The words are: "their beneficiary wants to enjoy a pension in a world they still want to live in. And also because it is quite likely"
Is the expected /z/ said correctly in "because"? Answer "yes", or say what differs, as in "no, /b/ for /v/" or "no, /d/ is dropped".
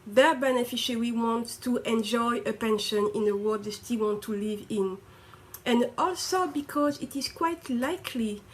yes